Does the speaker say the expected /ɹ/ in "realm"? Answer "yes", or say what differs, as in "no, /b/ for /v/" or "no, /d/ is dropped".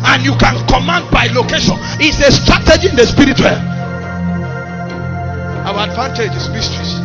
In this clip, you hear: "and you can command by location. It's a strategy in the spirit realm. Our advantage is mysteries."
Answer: no, /w/ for /ɹ/